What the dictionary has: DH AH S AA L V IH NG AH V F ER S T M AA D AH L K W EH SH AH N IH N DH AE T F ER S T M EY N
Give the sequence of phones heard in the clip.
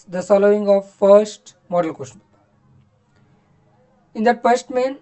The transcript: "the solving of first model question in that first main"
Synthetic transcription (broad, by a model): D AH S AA L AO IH NG AH V F ER S T M AA D AH L K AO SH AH IH N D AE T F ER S T M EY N